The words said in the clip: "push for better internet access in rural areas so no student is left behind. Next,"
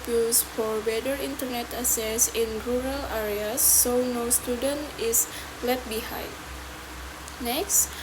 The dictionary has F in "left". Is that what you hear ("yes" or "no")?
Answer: no